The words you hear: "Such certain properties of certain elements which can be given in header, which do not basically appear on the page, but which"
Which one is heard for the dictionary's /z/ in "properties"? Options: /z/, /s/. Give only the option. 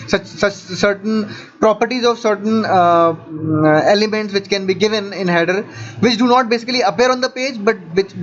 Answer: /z/